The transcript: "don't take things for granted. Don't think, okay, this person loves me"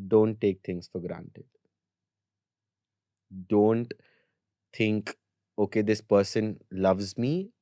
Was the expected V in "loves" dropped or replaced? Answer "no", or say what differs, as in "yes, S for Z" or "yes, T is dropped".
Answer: no